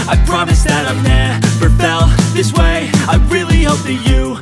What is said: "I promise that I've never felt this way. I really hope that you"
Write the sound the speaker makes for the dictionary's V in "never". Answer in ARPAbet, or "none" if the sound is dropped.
F